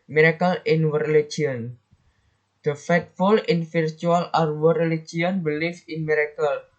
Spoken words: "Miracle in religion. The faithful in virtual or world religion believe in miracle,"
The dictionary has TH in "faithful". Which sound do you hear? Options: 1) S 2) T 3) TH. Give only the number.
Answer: 2